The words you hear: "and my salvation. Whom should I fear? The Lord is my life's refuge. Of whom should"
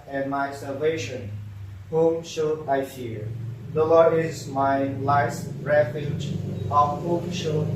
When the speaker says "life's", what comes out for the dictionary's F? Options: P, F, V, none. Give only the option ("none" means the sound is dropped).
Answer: none